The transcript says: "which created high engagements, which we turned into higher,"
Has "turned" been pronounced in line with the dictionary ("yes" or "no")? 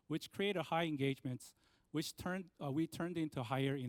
yes